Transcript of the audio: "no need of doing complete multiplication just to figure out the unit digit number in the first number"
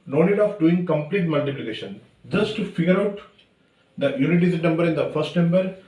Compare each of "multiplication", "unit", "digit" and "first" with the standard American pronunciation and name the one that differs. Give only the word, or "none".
digit